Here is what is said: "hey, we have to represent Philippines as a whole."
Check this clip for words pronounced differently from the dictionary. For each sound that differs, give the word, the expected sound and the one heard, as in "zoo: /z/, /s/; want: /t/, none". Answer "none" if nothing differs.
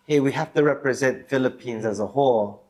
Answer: have: /v/, /f/